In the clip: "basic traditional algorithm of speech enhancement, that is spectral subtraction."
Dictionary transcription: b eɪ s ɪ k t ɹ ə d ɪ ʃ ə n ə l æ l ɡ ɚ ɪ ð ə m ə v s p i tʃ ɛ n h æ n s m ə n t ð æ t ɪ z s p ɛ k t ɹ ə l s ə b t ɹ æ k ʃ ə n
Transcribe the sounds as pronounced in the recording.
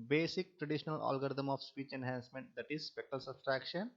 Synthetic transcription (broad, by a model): b eɪ s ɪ k t ɹ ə d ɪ ʃ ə n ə l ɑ l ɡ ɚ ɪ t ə m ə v s p i tʃ ɛ n h æ n s m ə n t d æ t ɪ z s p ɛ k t ə l s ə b t ɹ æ k ʃ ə n